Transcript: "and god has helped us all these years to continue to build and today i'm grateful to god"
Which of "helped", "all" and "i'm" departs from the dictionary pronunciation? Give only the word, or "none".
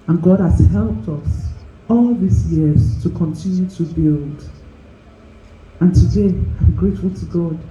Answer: none